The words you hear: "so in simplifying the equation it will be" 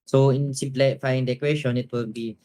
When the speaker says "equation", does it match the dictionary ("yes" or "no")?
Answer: no